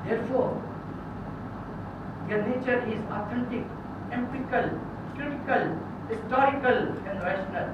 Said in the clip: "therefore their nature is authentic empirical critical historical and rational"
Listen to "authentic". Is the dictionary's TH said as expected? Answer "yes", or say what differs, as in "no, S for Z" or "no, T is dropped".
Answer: no, T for TH